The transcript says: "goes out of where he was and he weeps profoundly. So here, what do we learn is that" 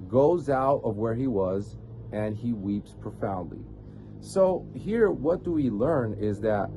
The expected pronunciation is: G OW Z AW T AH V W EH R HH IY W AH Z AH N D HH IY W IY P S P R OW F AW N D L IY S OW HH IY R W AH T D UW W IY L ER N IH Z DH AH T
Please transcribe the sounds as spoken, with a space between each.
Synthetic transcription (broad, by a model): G OW Z AW T AH V W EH R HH IY W AH Z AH N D IY W IY P S P R OW F AW N D L IY S OW HH IY R W AH T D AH W IY L ER N IH Z DH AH T